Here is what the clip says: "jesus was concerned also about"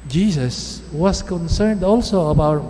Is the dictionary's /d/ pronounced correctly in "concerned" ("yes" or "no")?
yes